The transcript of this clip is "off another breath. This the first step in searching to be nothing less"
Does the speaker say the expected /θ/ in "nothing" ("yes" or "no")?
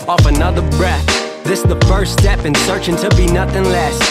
yes